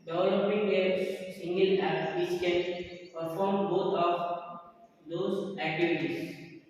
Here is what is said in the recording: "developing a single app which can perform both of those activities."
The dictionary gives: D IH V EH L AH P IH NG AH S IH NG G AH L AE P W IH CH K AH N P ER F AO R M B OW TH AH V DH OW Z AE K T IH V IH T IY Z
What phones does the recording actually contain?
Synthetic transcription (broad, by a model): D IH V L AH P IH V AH S IH NG G AH L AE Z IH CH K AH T P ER F AO R M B OW T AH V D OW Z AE K T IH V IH T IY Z